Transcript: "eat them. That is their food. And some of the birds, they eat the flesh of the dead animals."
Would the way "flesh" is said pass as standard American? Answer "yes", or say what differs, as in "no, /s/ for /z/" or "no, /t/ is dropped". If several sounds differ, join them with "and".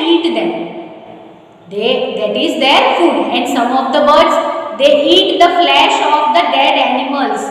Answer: yes